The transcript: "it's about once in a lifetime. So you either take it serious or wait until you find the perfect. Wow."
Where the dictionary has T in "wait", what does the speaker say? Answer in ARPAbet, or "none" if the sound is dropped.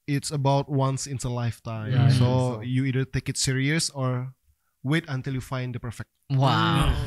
T